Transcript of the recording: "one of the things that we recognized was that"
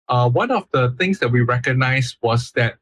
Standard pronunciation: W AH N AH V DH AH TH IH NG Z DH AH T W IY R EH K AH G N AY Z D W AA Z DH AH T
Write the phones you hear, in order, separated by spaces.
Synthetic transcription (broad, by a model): W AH N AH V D AH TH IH NG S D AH T W IY R EH K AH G N AY S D W AA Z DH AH T